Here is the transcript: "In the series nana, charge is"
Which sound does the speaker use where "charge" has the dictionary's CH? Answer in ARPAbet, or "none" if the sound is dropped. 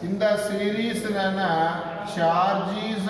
SH